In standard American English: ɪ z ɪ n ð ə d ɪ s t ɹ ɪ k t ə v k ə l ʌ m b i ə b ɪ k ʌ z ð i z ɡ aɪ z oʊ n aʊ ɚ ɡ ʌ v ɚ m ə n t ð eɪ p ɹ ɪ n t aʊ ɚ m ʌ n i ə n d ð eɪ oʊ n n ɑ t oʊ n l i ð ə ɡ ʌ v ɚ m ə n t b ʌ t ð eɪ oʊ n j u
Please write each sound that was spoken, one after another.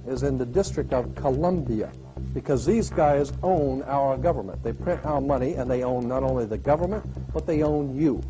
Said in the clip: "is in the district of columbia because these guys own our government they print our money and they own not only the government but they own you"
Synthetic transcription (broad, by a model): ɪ z ɪ n ð ə d ɪ s t ɹ ɪ k t ə v k ə l ʌ m b i ə b ɪ k ʌ z ð i z ɡ aɪ z oʊ n aʊ ɚ ɡ ʌ v ɚ m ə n ð eɪ p ɹ ɪ n t aʊ ɚ m ʌ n i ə n ð eɪ oʊ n n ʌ t oʊ n l i ð ə ɡ ʌ v ɚ m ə n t b ʌ t ð eɪ oʊ n j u